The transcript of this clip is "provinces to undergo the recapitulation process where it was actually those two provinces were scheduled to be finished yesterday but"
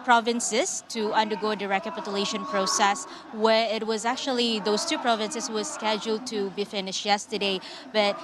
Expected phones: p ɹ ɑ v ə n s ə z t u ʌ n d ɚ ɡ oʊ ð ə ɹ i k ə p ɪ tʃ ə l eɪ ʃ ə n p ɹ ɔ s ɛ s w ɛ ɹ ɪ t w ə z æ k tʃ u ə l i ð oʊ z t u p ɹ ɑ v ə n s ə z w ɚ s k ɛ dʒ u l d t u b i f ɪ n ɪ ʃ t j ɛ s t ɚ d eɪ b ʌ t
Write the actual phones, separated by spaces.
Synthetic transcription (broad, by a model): p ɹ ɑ v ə n s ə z t u ʌ n d ɚ ɡ oʊ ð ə ɹ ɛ k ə p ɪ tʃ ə l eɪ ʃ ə n p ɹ ɔ s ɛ s w ɛ ɹ ɪ t w ə z æ k tʃ u ə l i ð oʊ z t u p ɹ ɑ v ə n s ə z w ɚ s k ɛ dʒ u l d t u b i f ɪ n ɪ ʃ j ɛ s t ɚ d eɪ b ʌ t